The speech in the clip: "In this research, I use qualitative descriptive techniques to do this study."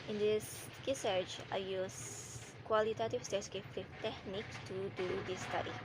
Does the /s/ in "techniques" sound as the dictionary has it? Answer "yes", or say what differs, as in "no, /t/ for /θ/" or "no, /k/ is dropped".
no, /s/ is dropped